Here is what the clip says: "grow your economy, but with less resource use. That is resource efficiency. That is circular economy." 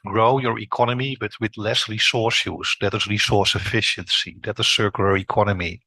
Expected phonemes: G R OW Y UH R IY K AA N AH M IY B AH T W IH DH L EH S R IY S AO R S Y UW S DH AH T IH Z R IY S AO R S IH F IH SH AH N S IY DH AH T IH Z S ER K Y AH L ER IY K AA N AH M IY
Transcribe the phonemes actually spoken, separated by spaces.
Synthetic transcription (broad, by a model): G R OW Y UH R IY K AA N AH M IY B AH T W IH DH L EH S R IY S AO R S Y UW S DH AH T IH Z R IY S AO R S IH F IH SH AH N S IY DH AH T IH S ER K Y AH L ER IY K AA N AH M IY